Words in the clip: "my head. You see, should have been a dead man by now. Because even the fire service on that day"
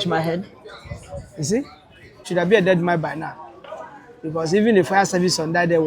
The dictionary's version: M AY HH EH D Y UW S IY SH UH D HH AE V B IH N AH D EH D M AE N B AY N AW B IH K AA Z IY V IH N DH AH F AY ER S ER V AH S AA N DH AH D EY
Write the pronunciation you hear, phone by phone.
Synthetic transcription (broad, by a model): M AY HH EH D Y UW S IY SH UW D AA B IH AH D EH D M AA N B AY N AW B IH K AA S IY V IH N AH F AY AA S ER V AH S AA N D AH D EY